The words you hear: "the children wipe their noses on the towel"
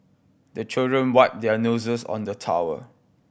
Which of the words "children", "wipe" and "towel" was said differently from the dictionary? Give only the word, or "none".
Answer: towel